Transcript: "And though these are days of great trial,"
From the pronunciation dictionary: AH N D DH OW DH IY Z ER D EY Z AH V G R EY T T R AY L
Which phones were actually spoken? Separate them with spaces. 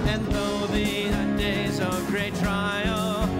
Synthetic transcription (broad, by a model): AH N DH OW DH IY ER D EY Z AH V G R EY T T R AY L